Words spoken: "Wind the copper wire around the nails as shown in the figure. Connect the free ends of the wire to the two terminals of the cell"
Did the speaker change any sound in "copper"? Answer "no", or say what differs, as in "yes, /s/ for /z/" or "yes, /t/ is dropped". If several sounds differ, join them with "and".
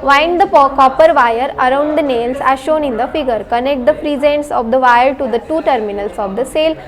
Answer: no